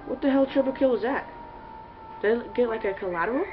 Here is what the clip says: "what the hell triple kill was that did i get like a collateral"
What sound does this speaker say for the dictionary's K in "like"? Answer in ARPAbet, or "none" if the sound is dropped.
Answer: K